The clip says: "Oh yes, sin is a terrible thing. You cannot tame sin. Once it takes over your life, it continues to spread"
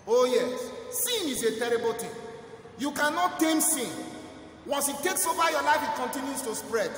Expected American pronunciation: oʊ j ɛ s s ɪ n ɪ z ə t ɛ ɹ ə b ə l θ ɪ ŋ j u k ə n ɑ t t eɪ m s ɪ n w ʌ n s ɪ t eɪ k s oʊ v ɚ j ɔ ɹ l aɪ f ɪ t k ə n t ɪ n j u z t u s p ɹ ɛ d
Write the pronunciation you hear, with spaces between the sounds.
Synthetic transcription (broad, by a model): oʊ j ɛ s s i n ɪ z ə t ɛ ɹ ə b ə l t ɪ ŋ j u k ə n ɑ t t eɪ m s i n w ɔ n s ɪ t eɪ k s oʊ v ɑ j ɔ l aɪ f ɪ t k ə n t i n j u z t u s p ɹ ɛ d